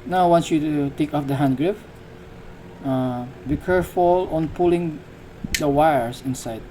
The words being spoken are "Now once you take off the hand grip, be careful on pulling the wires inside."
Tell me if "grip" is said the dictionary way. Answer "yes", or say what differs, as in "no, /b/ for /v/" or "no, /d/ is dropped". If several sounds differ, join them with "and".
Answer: no, /f/ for /p/